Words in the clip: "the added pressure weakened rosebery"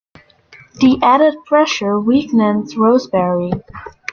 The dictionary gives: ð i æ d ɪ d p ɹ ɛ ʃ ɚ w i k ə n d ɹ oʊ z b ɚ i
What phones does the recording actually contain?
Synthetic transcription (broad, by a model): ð i æ d ɪ d p ɹ ɛ ʃ ɚ w i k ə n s ɹ oʊ z b ɚ i